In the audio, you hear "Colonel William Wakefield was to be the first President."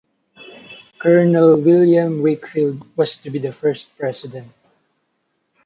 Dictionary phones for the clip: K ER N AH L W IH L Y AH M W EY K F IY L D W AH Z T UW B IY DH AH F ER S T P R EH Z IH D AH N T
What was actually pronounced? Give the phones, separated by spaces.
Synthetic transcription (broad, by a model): K ER N AH L W IH L Y AH M W EY K F IY L D W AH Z T UW B IY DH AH F ER S T P R EH S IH D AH N T